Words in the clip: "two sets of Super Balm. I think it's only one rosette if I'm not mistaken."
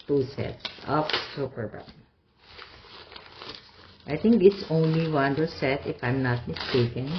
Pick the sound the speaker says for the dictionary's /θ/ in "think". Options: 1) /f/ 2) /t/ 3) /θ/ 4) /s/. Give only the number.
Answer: 2